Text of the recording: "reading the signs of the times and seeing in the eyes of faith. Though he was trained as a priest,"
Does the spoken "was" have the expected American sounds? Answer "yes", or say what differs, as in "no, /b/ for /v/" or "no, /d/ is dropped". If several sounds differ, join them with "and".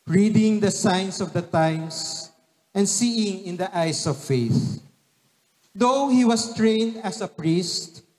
no, /s/ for /z/